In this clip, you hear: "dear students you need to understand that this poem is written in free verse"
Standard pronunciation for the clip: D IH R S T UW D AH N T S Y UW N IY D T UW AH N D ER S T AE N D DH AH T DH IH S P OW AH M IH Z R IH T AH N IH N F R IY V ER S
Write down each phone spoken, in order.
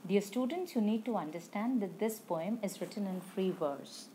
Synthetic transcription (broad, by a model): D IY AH S T UW D AH N T S Y UW N IY D T UW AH N D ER S T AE N D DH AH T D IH S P OW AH M IH Z R IH T AH N IH N F R IY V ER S